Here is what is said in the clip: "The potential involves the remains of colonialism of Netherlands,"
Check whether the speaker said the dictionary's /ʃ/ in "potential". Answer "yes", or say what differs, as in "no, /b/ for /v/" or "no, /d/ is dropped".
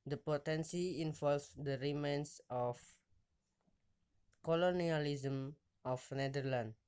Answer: no, /s/ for /ʃ/